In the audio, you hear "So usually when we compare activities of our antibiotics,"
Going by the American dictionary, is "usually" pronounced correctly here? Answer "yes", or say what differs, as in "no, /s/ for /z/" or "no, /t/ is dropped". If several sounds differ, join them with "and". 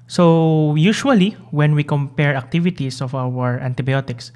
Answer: no, /ʃ/ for /ʒ/